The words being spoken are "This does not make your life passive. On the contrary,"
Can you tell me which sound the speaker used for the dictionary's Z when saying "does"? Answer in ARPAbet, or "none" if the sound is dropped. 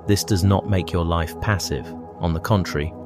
Z